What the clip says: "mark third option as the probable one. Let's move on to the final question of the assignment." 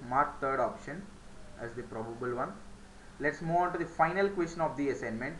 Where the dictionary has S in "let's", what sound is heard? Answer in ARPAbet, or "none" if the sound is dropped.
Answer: S